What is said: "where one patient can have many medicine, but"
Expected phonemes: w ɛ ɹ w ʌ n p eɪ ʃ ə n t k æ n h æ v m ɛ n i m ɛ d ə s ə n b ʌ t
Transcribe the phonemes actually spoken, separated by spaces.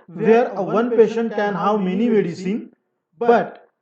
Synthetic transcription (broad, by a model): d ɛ ɹ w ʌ n p eɪ ʃ ə n t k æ n h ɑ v m ɛ n i m ɛ d ə s ə n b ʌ t